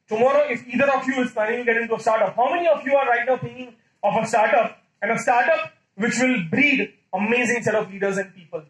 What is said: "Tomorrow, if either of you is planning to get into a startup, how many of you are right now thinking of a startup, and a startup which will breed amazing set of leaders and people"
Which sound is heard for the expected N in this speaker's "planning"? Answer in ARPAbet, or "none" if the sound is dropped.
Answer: none